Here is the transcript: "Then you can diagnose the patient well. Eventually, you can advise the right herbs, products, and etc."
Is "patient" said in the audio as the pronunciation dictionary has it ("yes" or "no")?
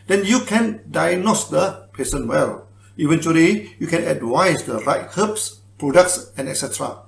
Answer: no